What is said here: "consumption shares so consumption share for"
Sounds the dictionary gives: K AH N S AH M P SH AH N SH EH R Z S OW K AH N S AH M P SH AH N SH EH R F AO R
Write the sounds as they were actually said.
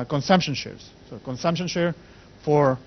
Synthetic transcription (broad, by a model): K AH N S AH M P SH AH N SH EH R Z S OW K AH N S AH M P SH AH N SH EH R F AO R